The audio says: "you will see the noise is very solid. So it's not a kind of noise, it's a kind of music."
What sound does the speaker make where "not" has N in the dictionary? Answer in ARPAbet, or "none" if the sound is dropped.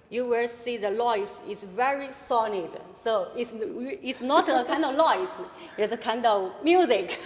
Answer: N